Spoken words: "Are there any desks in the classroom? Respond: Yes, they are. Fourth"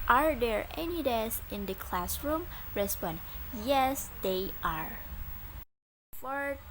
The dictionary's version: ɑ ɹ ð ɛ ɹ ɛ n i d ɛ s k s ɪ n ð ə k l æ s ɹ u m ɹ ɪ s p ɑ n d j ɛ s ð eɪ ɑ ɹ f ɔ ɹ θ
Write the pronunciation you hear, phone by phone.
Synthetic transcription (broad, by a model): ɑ ɹ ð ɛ ɹ ɛ n i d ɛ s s ɪ n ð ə k l æ s ɹ u m ɹ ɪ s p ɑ n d j ɛ s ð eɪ ɑ ɹ f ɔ ɹ